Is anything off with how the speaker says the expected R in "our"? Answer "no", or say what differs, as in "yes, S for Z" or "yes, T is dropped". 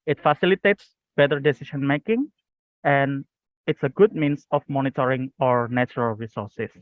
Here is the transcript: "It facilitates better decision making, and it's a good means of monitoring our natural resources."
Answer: no